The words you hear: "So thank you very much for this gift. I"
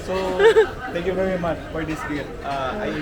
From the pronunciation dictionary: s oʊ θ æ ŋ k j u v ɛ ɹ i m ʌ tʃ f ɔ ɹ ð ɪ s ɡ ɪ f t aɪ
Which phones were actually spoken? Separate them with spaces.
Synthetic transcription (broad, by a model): s oʊ t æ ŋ k j u v ɛ ɹ i m ʌ tʃ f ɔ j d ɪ s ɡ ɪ t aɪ